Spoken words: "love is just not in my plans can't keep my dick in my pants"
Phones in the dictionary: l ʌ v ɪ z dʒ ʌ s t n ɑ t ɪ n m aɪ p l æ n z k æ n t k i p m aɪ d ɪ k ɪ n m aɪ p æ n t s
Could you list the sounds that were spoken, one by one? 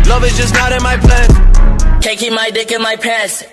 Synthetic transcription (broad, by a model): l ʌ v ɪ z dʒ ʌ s n ɑ t ɪ n m aɪ p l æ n k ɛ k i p m aɪ d ɪ k ɪ n m aɪ p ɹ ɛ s